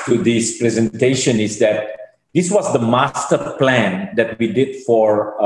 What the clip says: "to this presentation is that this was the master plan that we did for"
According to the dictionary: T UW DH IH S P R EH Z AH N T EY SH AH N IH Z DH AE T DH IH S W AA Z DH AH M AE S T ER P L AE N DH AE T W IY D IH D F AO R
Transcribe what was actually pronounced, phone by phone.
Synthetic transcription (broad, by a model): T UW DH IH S P R EH Z AH N T EY SH AH N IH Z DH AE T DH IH S W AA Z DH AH M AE S T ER P L AE N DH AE T W IY D IH D F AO R